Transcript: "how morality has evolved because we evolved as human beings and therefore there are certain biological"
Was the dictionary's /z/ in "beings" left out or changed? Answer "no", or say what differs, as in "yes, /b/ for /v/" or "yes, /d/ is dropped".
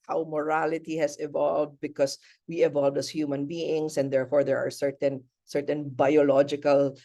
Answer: yes, /s/ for /z/